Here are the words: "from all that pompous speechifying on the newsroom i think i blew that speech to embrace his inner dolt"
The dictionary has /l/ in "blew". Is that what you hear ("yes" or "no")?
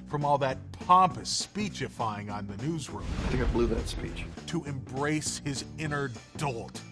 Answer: yes